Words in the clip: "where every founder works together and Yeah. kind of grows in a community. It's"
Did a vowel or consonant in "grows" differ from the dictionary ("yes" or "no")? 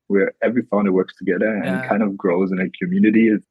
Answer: no